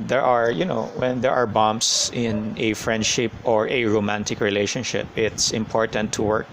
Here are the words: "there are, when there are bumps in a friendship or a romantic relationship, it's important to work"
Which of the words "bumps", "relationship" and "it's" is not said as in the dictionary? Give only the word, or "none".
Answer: bumps